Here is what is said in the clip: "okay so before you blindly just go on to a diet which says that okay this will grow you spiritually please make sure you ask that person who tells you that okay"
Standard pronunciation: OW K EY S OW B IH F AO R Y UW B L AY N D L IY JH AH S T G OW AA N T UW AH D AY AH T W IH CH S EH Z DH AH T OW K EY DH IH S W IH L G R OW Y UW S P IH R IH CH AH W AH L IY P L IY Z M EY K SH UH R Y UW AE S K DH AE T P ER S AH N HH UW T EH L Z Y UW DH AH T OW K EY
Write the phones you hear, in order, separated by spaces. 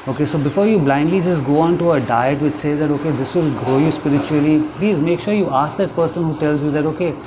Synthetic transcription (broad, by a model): OW K EY S OW B IH F AO R Y UW B L AY N D L IY JH AH S T G OW AA N T UW AH D AY AH T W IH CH S EH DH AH T OW K EY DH IH S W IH L G R OW Y UW S P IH R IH CH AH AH L IY P L IY Z M EY K SH UH R Y UW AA S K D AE T P ER S AH N HH UW T EH L Z Y UW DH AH T OW K EY